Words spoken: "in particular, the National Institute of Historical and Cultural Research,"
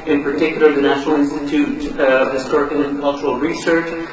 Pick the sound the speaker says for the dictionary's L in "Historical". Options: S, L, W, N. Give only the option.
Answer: N